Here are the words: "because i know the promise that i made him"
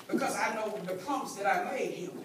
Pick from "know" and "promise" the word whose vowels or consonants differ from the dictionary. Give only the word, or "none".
promise